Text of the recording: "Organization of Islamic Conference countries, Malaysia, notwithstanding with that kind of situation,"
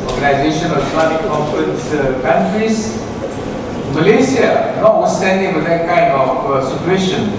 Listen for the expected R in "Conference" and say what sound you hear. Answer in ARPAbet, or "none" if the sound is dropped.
none